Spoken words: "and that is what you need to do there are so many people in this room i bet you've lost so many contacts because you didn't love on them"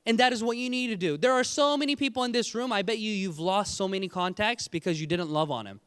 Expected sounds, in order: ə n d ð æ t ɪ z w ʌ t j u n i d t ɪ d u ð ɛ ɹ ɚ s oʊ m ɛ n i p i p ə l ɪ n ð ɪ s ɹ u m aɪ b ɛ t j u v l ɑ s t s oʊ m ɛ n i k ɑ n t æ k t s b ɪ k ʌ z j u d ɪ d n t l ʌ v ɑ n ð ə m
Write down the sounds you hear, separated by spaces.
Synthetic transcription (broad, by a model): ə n ð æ t ɪ z w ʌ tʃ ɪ n i d t ɪ d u ð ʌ ɹ s oʊ m ɛ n i p i p l ɪ n ð ɪ s ɹ u m aɪ b ɛ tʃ j u v l ɑ s t s oʊ m ɛ n i k ɑ n t æ k t s b ɪ k ʌ z j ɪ d ɪ d n t l ʌ v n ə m